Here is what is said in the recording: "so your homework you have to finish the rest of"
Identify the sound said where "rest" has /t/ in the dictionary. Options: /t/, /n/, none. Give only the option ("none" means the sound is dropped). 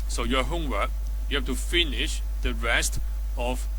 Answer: /t/